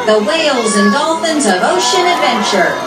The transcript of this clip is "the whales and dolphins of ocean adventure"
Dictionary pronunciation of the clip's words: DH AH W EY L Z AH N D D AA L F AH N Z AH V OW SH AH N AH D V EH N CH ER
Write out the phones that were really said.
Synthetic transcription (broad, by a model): DH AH W EY L Z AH N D D AA L F AH N Z AH V OW SH AH N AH D V EH N CH ER